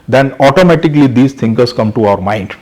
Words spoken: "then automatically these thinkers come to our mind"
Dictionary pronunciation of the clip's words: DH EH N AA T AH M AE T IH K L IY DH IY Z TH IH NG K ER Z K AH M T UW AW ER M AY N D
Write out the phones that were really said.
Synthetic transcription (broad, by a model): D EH N AA T AH M AE T IH K L IY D IY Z T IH NG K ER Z K AH M T UW AW ER M AY N D